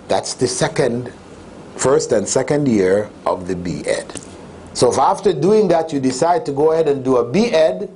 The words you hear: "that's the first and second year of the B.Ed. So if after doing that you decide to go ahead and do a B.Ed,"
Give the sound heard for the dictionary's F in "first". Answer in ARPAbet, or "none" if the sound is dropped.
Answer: F